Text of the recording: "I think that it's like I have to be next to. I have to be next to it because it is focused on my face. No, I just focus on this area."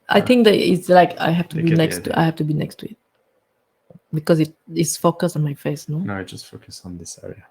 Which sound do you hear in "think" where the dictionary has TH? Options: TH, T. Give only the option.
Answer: T